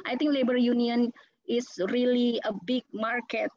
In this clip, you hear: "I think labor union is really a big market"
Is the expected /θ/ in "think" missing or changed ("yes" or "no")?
yes